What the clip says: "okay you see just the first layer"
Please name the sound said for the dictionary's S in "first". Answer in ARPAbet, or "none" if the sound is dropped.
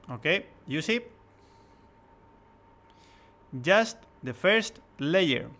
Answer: S